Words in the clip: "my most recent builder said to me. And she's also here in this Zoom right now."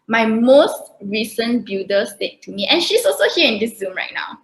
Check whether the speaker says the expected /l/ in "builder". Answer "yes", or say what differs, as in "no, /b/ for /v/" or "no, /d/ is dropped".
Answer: no, /l/ is dropped